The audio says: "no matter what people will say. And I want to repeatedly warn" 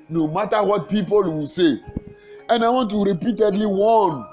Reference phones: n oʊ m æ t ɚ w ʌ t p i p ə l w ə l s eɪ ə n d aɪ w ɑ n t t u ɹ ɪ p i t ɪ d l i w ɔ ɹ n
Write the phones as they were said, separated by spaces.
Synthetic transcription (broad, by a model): n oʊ m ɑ t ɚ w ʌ t p i p ə l w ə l s eɪ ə n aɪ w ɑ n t t u ɹ ɪ p i t ɪ d l i w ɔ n